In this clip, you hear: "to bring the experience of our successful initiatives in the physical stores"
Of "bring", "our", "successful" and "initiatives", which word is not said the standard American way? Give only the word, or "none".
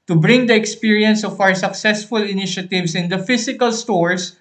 initiatives